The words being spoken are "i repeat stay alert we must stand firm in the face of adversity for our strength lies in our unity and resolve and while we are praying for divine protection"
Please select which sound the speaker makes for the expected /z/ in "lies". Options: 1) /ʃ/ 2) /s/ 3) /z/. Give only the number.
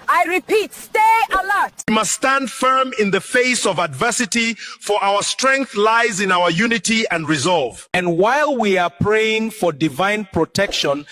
3